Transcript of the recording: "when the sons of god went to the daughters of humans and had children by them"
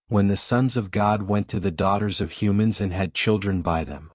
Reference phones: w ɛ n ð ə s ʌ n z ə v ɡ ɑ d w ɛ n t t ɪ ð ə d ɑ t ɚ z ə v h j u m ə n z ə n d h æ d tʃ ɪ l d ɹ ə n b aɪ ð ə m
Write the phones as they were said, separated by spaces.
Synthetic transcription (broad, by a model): w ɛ n ð ə s ʌ n z ə v ɡ ɑ d w ɛ n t t ɪ ð ə d ɑ t ɚ z ə v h j u m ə n z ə n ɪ d tʃ ɪ l d ɹ ə n b aɪ ð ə m